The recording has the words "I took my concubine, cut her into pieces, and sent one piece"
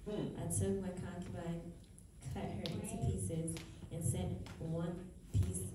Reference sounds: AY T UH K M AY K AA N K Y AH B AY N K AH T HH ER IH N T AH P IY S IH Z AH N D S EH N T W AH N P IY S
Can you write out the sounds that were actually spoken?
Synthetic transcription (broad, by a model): AY T UH K M AY K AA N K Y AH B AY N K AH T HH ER IH N T AH P IY S IH Z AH N S EH N T W AH N P IY S